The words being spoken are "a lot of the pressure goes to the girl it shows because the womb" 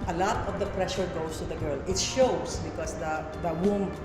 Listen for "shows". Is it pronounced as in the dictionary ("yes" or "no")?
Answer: no